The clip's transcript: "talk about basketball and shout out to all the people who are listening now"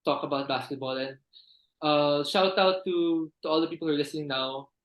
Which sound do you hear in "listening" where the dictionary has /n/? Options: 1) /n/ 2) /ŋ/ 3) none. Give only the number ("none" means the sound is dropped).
3